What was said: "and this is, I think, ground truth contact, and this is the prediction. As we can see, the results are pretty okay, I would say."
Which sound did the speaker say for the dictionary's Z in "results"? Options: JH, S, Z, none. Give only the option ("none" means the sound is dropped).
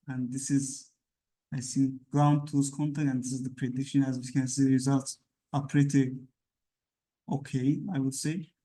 Z